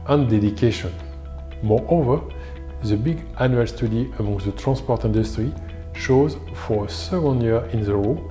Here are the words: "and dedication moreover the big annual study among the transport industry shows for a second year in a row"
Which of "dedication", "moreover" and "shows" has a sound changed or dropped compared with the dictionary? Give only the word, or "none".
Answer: none